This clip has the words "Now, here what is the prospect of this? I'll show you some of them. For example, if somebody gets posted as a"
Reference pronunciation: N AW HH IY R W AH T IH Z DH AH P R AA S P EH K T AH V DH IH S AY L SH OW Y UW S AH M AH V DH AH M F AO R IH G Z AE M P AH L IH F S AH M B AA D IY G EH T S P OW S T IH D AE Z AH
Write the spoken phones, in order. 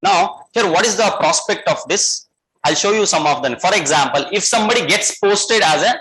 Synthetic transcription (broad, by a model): N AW HH IY R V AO T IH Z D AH P R AA S P EH K T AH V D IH S AY L SH OW Y UW S AH M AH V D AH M F AO R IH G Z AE M P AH L IH F S AH M B AA D IY G EH T S P OW S T IH D AE Z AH